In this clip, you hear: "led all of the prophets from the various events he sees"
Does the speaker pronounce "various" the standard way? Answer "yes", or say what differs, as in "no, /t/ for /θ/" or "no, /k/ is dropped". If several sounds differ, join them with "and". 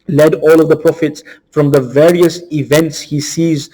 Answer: yes